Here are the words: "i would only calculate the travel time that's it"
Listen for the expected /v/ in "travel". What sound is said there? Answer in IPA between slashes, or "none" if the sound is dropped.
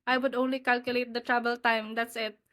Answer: /b/